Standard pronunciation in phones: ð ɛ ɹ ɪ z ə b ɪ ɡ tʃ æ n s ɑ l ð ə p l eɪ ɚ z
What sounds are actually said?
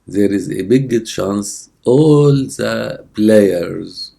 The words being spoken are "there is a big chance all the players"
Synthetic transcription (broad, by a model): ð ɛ ɹ ɪ z ə b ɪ ɡ ʃ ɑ n s ɑ l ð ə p l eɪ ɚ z